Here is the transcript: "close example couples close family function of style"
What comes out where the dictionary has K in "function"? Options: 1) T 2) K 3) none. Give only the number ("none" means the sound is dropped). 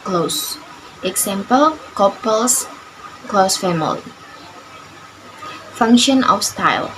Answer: 2